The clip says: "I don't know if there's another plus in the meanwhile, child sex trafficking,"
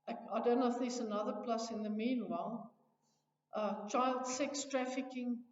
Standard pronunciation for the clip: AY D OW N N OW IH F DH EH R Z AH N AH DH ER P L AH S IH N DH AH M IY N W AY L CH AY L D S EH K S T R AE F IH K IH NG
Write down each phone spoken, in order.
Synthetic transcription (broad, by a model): AY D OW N N OW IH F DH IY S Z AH N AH DH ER P L AH S IH N DH AH M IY N W AY L CH AY L D S EH K S T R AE F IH K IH NG